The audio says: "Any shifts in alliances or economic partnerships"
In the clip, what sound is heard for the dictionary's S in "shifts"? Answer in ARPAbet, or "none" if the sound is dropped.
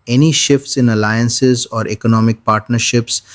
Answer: S